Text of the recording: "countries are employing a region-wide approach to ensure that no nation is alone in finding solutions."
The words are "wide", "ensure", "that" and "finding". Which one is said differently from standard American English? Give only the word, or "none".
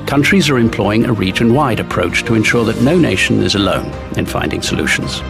none